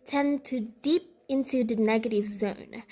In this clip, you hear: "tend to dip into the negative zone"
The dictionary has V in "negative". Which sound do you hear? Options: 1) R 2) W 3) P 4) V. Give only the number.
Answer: 4